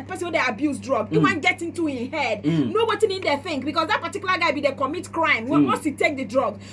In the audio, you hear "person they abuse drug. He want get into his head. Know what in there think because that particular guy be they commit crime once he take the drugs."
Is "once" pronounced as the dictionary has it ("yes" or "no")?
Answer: no